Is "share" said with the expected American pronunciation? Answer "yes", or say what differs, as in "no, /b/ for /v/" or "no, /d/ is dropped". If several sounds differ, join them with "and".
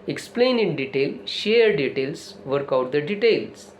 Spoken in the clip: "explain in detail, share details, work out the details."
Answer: yes